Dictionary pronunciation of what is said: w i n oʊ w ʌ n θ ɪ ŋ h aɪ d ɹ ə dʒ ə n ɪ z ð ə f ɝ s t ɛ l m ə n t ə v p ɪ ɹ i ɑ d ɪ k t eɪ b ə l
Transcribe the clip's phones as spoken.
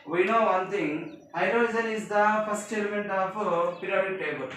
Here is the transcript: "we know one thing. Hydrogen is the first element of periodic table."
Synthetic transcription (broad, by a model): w i n oʊ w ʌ n t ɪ ŋ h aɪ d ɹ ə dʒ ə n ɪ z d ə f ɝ s t ɛ l m ə n t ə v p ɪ ɹ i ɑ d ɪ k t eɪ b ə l